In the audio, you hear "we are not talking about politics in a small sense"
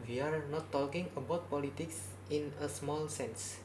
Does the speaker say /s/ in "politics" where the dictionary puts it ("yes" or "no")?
yes